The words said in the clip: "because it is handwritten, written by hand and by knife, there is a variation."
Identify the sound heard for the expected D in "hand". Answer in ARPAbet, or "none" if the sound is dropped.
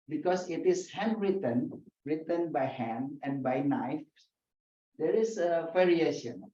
none